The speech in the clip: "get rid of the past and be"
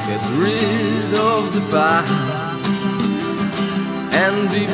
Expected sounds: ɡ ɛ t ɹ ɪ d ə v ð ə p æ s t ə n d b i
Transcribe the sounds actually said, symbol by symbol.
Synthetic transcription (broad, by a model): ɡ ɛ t ɹ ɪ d ə v ð ə b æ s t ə n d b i